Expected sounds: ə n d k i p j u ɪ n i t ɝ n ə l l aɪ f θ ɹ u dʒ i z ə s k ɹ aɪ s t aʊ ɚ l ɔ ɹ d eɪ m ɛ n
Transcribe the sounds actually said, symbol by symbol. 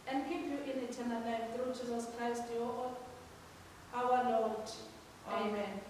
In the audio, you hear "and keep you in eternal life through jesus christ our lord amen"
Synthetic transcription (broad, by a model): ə n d k i p j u ɪ n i t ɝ n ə l n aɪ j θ ɹ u dʒ i z ə s k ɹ aɪ s t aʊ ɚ l ɔ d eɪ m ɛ n